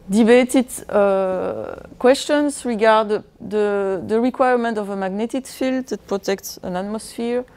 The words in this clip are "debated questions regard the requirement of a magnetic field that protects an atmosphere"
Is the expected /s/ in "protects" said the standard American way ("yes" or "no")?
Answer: yes